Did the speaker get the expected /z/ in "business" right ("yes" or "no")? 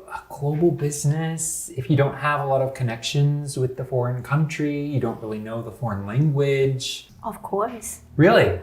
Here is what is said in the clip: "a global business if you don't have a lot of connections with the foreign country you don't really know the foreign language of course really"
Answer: yes